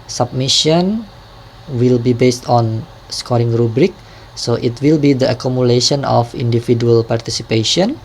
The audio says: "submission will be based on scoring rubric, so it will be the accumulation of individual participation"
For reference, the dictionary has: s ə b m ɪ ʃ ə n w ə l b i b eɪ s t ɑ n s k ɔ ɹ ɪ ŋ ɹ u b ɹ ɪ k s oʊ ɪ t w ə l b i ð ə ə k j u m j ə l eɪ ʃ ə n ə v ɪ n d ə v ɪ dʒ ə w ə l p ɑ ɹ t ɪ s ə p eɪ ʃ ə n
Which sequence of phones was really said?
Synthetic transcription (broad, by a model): s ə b m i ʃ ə n w ə l b i b eɪ s t ɑ n s k ɔ ɹ ɪ ŋ ɹ u b ɹ ɪ k s oʊ ɪ t w ə l b i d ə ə k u m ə l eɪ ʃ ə n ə f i n d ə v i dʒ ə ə l p ɑ ɹ t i s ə p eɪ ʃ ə n